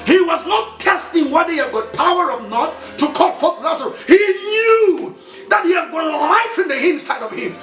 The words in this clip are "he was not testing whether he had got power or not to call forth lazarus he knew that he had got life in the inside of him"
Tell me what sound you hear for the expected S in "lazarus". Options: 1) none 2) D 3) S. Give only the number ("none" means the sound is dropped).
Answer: 1